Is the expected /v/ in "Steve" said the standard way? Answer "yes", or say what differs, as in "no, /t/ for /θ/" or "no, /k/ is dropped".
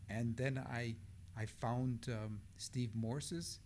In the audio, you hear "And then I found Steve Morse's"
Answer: yes